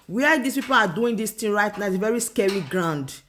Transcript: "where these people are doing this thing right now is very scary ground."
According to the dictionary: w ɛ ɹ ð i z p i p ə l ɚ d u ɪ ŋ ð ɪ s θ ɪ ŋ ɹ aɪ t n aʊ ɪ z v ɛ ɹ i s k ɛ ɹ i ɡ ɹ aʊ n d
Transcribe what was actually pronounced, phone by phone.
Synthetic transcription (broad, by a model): w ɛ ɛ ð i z p i p ə l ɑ d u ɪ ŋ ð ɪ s t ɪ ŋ ɹ aɪ t n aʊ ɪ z v ɛ ɹ i s k ɛ ɹ i ɡ ɹ aʊ n d